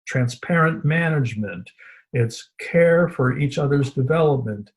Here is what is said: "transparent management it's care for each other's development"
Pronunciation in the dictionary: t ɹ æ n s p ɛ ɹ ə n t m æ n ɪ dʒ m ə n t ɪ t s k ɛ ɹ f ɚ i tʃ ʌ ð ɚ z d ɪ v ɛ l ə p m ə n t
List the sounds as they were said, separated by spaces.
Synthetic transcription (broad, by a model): t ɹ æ n s p ɛ ɹ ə n m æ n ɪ dʒ m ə n t ɪ t s k ɛ ɹ f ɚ i tʃ ʌ ð ɚ z d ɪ v ɛ l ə p m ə n t